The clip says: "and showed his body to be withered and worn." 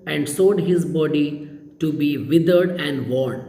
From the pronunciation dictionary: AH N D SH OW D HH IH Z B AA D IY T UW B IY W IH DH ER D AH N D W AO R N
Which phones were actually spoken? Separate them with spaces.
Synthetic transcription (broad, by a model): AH N D S OW D HH IH Z B AA D IY T UW B IY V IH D ER D AH N D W AO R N